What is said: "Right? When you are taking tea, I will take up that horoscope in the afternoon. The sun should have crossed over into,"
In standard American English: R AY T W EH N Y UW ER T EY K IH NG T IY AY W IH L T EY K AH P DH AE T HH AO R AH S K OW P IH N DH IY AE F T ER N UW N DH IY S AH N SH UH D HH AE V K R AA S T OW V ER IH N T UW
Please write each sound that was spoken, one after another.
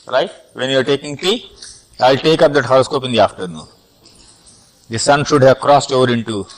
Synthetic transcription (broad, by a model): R AY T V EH N Y UW ER T EY K IH NG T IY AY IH L T EY K AH P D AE T HH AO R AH S K OW P IH N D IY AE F T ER N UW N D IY S AH N SH UH D HH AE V K R AA S T OW V ER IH N T UW